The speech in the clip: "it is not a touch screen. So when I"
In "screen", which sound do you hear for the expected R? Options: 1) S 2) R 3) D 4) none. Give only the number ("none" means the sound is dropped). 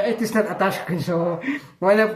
4